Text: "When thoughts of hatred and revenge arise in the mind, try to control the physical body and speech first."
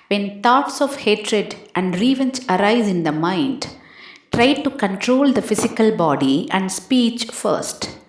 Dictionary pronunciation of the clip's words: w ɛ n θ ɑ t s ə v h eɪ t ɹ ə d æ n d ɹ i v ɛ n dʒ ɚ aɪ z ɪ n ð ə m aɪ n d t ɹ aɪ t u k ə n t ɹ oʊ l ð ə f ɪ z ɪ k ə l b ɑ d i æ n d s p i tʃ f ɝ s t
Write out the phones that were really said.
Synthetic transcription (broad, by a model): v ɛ n t ɑ t s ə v h eɪ t ɹ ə d æ n d ɹ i v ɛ n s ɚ aɪ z ɪ n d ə m aɪ n d t ɹ aɪ t u k ə n t ɹ oʊ l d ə f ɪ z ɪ k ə l b ɑ d i æ n d s p i tʃ f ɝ s t